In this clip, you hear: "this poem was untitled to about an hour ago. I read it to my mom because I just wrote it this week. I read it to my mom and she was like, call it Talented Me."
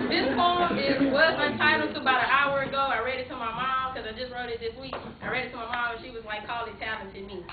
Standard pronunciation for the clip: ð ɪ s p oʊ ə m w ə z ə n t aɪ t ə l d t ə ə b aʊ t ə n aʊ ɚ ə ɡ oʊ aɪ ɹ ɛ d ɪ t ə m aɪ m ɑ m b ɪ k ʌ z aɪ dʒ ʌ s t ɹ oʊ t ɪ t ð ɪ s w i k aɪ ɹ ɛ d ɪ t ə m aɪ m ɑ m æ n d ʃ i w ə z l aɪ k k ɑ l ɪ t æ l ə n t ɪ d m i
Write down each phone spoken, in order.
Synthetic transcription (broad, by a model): ð ɪ s f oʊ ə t w ə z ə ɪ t aɪ t l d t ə ə b aʊ t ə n aʊ ɚ ə ɡ oʊ aɪ ɹ ɛ d ɪ t ə m aɪ m ɑ m k ʌ z aɪ dʒ ʌ s t ɹ oʊ t ɪ t ð ɪ s w i k aɪ ɹ ɛ d ɪ t ə m aɪ m ɑ m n ʃ i w ə z l aɪ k k ɑ l ɪ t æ ə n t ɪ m i